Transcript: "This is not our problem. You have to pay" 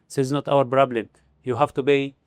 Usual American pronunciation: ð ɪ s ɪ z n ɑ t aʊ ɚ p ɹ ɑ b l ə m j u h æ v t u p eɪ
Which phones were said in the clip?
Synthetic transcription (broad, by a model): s ɪ z n ɑ t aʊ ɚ b ɹ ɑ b l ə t j u h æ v t u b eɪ